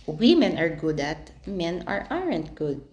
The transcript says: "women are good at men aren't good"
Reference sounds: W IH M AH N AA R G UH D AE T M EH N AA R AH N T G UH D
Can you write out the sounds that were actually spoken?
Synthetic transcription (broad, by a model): W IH M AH N AA R G UH D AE T M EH N AA R AH N T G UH D